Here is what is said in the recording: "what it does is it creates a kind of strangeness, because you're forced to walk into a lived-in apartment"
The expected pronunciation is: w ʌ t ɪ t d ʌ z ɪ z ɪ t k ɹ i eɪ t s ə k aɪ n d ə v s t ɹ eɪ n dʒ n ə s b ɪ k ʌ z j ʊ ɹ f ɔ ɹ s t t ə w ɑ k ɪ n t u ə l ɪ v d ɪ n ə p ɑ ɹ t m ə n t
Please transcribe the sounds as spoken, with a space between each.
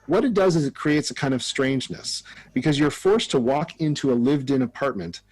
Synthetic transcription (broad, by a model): w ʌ t ɪ t d ʌ z ɪ z ɪ t k ɹ i eɪ t s ə k aɪ n d ə v s t ɹ eɪ n dʒ n ə s b ɪ k ʌ z j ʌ ɹ f ɔ ɹ s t t ə w ɑ k ɪ n t u ə l ɪ v d ɪ n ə p ɑ ɹ t m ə n t